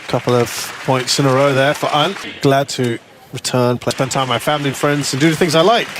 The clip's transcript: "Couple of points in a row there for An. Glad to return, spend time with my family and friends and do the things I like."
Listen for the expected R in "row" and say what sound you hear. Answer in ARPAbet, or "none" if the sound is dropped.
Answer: R